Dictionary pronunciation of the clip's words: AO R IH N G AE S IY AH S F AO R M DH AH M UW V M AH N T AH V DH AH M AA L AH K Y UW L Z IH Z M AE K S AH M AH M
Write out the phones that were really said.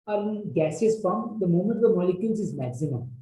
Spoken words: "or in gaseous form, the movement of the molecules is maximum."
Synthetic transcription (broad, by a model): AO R IH N G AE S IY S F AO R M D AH M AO M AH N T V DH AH M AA L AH K Y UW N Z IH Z M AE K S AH M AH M